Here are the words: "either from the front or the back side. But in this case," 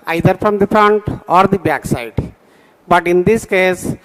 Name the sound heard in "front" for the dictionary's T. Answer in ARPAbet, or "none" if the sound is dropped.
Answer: T